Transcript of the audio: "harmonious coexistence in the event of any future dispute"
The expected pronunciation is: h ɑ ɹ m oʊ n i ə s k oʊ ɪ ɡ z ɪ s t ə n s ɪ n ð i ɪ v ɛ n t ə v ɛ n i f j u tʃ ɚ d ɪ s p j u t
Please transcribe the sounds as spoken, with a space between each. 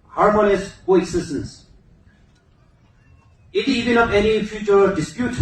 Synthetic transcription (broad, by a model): h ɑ ɹ m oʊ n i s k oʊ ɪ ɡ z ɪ s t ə n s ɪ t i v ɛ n ə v ɛ n i f j u tʃ ɚ d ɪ s p j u t